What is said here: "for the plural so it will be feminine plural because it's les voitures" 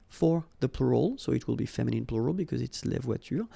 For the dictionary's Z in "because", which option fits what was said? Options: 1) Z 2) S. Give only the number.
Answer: 1